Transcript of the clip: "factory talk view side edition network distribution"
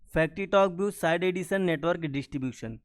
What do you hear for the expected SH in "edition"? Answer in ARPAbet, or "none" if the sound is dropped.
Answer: S